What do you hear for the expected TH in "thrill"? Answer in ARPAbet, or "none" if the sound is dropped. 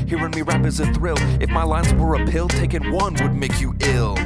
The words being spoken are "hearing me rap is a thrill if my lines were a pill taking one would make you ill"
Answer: TH